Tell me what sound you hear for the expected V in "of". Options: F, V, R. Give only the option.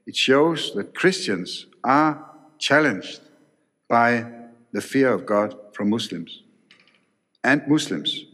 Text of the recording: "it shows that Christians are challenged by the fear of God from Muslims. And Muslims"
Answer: V